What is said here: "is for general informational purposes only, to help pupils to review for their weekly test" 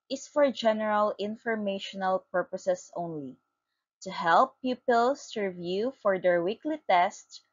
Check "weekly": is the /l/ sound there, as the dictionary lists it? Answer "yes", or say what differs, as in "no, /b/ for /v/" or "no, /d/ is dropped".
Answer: yes